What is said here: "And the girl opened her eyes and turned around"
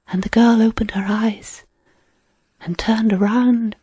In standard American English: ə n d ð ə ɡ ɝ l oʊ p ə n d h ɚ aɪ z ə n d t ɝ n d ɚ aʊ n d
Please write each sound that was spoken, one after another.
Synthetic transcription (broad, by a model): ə n ð ə ɡ ɝ l oʊ p ə n d h ɚ aɪ z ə n t ɝ n d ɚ aʊ n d